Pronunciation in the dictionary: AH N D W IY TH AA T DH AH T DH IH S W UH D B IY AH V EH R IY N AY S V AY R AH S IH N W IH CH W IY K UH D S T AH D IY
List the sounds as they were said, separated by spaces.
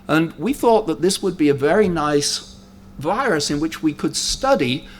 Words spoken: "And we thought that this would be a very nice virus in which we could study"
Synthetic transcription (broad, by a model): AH N W IY TH AA T DH AH T DH IH S W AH D B IY AH V EH R IY N AY S V AY R AH S IH N W IH CH W IY K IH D S T AH D IY